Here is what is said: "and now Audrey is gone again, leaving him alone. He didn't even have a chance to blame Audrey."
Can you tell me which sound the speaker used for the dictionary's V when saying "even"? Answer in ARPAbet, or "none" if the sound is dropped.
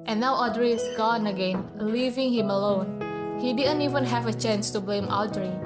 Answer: V